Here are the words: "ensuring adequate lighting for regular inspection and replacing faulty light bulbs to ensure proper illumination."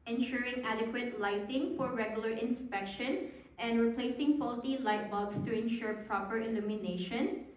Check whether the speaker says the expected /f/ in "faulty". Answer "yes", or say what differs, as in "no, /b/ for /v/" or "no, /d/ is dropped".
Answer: no, /p/ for /f/